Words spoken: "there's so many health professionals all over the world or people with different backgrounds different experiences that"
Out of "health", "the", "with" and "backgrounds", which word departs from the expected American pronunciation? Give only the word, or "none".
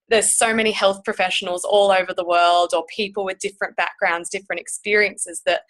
none